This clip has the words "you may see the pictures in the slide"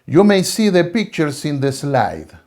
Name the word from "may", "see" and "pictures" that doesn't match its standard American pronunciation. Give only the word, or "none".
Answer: pictures